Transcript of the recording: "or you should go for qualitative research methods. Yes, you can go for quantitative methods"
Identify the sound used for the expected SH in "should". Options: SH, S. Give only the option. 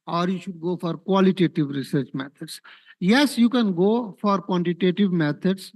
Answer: SH